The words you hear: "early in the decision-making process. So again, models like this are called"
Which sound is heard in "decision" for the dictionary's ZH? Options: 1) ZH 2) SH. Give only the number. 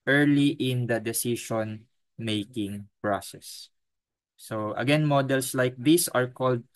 2